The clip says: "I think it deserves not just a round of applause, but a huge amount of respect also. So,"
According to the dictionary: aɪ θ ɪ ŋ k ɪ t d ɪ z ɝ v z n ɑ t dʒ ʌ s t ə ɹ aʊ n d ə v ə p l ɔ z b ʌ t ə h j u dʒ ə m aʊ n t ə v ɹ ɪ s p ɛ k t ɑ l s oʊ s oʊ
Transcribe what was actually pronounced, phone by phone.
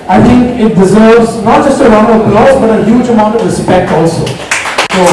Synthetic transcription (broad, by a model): aɪ t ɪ ŋ k ɪ t d ɪ z ɝ v z n ɑ t dʒ ʌ s t ə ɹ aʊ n ə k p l ɔ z b ʌ t ə h j u dʒ ə m aʊ n t ə v ɹ ɪ s p ɛ k t ɑ l s oʊ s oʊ